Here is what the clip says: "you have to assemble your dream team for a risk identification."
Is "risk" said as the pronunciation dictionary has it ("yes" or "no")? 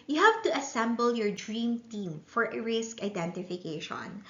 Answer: yes